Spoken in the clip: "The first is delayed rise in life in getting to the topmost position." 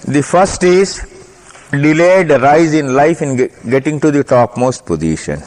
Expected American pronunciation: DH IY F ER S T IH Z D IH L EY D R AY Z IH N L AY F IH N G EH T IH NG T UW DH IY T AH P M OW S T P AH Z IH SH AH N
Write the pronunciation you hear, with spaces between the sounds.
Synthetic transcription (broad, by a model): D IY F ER S T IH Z D IH L EY D R AY Z IH N L AY F IH N G EH T IH NG T UW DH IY T AH P M OW S T P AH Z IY SH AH N